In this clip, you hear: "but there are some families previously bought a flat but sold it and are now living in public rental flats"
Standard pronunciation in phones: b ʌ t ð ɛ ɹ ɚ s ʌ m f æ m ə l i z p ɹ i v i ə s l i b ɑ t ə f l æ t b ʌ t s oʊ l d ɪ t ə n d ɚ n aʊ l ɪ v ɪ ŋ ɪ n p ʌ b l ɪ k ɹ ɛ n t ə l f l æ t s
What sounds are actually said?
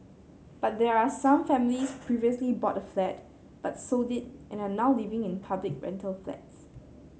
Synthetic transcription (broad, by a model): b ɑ t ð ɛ ɹ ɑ s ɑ m f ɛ m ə l i s p ɹ i v i ə s l i b ɑ t ə f l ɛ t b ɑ t s oʊ d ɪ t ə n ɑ n aʊ l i v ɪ ŋ ɪ n p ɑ b l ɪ k ɹ ɛ n t ə l f l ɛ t s